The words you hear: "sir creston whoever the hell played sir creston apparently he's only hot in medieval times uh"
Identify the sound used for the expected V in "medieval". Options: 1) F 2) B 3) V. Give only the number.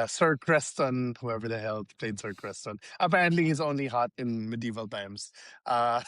3